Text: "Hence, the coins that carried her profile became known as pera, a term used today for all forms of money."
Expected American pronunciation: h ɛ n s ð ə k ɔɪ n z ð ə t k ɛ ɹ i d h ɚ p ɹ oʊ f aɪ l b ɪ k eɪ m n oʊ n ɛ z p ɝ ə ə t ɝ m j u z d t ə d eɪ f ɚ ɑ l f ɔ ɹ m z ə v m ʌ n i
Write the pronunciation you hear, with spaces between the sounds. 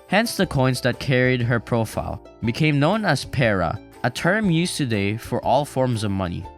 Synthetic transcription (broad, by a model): h ɛ n s ð ə k ɔɪ n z ð ə t k ɛ ɹ i d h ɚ p ɹ oʊ f aɪ l b ɪ k eɪ m n oʊ n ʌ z p ɝ ə ə t ɝ m j u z t ə d eɪ f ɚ ɑ l f ɔ ɹ m z ə v m ʌ n i